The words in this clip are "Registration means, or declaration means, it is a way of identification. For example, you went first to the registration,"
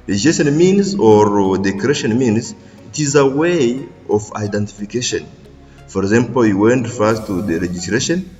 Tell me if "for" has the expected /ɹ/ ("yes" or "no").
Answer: yes